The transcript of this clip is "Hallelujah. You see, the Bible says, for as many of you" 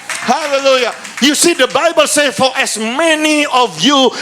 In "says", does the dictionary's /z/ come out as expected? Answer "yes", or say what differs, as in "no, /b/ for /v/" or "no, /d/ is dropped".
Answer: no, /z/ is dropped